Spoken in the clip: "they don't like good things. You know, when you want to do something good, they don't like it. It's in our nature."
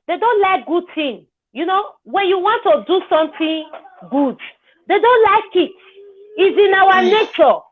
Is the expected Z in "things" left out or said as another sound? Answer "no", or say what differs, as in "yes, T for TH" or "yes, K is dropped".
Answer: yes, Z is dropped